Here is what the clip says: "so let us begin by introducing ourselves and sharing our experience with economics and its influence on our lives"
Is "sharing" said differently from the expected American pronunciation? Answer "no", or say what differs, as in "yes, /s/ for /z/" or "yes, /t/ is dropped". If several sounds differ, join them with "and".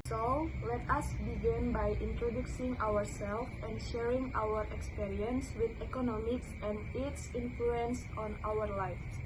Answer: no